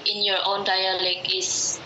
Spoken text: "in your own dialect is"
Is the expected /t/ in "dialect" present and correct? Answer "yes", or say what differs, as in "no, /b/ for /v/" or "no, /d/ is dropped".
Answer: no, /t/ is dropped